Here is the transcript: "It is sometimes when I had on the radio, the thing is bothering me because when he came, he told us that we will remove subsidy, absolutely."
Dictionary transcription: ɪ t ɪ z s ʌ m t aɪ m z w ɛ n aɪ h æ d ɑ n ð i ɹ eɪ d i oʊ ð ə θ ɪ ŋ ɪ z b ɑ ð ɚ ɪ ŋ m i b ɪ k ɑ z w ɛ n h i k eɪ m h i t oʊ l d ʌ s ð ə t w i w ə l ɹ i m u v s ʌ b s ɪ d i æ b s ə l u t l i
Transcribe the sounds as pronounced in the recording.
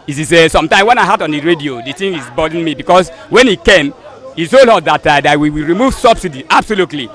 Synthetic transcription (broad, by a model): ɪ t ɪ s s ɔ m t aɪ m w ɛ n aɪ h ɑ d ɑ n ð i ɹ eɪ d i oʊ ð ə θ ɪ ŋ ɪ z b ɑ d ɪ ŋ m i b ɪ k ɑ s w ɛ n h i k eɪ m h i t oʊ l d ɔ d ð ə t w i w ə ɹ i m u v s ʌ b s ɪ d i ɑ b s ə l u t l i